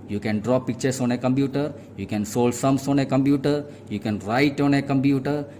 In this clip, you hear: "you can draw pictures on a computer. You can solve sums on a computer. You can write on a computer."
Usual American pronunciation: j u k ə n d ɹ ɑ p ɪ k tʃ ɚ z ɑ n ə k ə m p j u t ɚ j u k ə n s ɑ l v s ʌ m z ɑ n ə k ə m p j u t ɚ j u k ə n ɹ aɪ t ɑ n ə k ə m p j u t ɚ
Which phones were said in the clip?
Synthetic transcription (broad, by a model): j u k ə n d ɹ ɑ p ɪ k tʃ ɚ s ɑ n ə k ə m p j u t ɚ j u k ə n s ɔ l s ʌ m s ɑ n ə k ə m p j u t ɚ j u k ə n ɹ aɪ t ɑ n ə k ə m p j u t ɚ